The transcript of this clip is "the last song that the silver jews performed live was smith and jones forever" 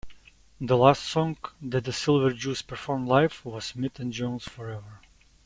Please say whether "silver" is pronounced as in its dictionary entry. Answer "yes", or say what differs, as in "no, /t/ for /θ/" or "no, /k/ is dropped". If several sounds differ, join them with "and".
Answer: yes